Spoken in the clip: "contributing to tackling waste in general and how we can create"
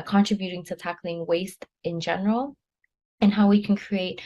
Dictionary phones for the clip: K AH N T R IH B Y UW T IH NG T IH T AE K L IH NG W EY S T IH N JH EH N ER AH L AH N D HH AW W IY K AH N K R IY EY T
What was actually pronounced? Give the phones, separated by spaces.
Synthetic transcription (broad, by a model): K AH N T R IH B Y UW T IH NG T IH T AE K L IH NG W EY S T IH N JH EH N ER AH L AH N HH AW W IY K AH N K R IY EY T